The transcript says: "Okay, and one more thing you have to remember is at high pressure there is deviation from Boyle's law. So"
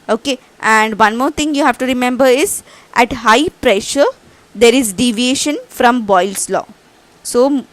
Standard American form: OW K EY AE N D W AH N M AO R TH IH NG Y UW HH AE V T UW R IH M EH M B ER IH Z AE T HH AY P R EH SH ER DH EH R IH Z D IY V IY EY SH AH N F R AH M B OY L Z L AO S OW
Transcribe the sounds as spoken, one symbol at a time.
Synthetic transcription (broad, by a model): OW K EY AE N D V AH N M AO R T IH NG Y UW HH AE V T UW R IH M EH M B ER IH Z AE T HH AY P R EH SH ER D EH R IH Z D IY V IY EY SH AH N F R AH M B OY L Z L AO S OW